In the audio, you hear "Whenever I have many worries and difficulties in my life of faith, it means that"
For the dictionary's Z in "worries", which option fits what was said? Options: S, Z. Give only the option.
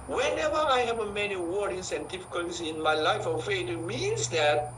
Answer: S